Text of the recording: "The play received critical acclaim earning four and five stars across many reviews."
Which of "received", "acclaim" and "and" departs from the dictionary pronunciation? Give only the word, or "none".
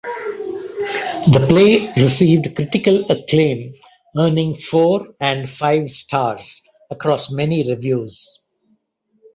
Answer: none